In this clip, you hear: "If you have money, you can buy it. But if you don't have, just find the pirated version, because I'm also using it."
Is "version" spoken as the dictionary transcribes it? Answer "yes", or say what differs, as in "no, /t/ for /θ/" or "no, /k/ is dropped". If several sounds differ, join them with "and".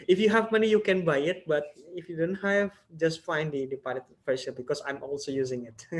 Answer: no, /ʃ/ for /ʒ/ and /l/ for /n/